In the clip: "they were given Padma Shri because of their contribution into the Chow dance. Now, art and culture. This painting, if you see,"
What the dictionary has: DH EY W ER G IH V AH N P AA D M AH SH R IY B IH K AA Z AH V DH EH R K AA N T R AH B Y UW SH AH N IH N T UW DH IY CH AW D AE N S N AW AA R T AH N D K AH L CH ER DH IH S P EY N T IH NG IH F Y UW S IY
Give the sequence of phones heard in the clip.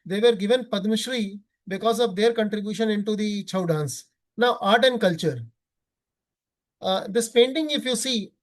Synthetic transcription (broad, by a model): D EY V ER G IH V AH N P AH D M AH SH R IY B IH K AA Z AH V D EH R K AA N T R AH B Y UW SH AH N IH N T UW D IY CH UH D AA N S N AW AA R T AH N D K AH L CH ER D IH S P EY N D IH NG IH F Y UW S IY